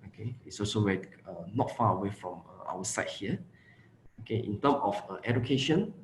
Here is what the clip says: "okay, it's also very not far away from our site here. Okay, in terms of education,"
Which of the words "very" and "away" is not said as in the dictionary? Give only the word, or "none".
very